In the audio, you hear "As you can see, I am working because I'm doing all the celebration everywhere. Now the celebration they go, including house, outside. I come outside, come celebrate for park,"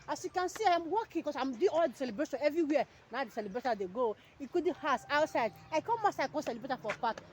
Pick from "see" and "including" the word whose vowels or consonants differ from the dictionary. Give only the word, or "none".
including